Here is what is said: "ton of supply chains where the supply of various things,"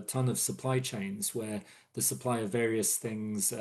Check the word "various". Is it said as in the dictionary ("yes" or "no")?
yes